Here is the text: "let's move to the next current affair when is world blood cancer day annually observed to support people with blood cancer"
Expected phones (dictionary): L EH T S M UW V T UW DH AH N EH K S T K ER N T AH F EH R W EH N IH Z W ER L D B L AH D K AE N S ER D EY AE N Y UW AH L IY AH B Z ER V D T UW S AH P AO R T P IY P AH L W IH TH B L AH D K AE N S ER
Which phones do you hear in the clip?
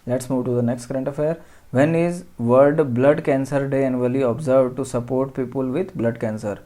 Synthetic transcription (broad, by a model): L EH T S M UW V T UW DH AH N EH K S T K ER N T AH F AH R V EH N IH Z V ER D B L AH D K AE N S ER D EY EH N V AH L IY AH B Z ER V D T UW S AH P AO R T P IY P AH L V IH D B L AH D K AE N S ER